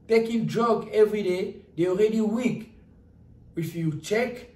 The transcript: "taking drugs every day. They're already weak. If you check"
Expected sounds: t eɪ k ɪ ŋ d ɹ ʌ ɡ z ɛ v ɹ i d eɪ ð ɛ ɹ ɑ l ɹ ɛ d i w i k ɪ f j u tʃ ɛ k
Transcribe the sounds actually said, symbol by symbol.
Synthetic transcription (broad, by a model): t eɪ k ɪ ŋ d ɹ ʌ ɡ ɛ v ɹ i d eɪ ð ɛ ɑ l ɹ ɛ d i w i k ɪ f j u tʃ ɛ k